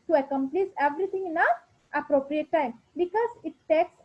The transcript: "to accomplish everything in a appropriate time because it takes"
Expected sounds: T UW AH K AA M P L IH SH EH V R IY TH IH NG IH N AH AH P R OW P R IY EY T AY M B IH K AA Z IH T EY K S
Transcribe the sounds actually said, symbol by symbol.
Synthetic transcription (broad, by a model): T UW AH K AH M P L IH S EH V R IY T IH NG IH N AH AH P R OW P R IY EY T AY M B IH K AA Z IH T EY K S